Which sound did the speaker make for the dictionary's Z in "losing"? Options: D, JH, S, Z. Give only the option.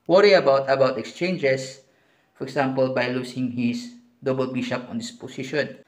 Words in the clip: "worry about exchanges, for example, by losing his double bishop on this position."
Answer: S